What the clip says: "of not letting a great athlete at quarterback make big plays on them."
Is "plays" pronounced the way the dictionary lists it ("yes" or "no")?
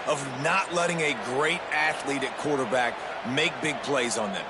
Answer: yes